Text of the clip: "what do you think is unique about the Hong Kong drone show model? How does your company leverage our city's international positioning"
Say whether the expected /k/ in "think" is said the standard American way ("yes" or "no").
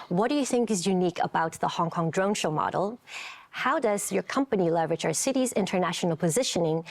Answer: yes